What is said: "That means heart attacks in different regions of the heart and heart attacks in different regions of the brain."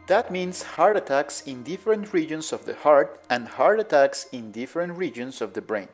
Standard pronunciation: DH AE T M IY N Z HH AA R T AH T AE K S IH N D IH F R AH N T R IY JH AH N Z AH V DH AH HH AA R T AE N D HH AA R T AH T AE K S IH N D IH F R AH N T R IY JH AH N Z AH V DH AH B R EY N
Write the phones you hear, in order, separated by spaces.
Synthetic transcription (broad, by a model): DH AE T M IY N S HH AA R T AH T AE K S IH N D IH F R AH N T R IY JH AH N S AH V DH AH HH AA R T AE N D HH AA R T AH T AE K S IH N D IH F R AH N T R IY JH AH N S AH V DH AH B R EY N